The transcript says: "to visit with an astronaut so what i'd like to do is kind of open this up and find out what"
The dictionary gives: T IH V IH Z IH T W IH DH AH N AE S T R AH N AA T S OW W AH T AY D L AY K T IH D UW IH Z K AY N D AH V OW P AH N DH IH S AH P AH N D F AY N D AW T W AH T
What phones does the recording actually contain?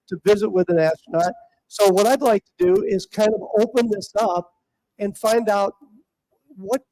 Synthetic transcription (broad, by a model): T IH V IH Z IH T W IH DH AH N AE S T AH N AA T S OW W AH T AY D L AY K T IH D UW IH Z K AY N D AH V OW P AH N DH IH S AH P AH N F AY N D AW T W AH T